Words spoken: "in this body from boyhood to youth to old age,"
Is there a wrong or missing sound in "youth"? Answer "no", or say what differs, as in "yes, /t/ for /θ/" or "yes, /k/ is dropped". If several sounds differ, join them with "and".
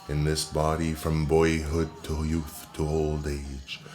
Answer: no